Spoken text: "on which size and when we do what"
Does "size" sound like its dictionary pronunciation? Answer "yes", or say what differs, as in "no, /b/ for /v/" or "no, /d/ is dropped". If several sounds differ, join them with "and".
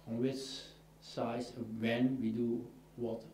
no, /z/ is dropped